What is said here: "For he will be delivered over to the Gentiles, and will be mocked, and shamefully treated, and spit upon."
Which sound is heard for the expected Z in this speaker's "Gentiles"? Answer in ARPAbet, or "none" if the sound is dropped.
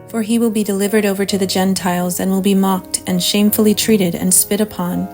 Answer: Z